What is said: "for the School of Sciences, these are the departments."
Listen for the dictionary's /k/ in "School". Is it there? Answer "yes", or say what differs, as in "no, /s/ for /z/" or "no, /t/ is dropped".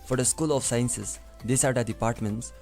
yes